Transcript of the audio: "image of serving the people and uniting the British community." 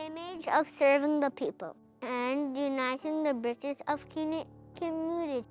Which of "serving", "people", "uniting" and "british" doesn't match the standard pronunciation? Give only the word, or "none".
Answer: british